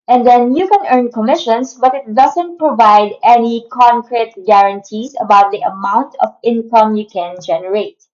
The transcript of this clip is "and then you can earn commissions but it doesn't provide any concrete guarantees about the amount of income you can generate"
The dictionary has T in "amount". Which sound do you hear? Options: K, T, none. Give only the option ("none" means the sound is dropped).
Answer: T